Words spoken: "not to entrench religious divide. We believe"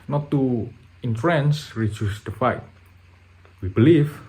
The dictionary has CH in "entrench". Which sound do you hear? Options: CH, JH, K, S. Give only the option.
S